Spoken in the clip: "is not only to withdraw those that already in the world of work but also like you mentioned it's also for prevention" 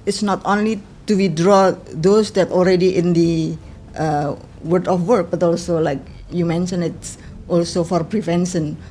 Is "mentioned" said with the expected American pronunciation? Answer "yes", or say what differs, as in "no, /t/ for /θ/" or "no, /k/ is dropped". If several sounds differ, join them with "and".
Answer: no, /d/ is dropped